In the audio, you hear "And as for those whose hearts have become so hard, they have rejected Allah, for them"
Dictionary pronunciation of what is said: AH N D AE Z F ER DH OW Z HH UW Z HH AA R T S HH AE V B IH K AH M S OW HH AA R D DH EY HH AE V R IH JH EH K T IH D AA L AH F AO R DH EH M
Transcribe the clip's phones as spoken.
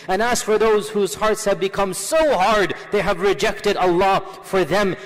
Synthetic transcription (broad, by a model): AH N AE S F ER DH OW Z HH UW Z HH AA R T S HH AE V B IH K AH M S OW HH AA R D DH EY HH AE V R IH JH EH K T IH D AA L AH F AO R DH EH M